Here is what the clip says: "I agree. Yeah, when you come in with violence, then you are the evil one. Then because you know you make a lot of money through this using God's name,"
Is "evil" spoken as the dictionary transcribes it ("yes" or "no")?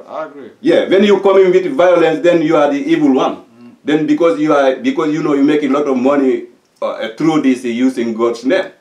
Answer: yes